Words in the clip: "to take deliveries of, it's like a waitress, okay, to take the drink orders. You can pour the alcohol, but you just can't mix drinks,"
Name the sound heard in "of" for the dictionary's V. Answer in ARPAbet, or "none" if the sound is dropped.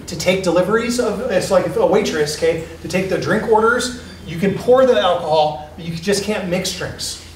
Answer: V